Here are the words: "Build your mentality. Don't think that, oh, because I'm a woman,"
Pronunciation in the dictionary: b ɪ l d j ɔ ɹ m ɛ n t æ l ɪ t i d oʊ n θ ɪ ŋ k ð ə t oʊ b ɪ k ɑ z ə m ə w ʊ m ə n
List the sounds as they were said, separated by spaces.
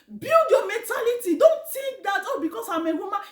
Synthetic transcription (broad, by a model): b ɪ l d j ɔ m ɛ n t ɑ l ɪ t i d oʊ n t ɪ k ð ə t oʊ b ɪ k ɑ s ə m ə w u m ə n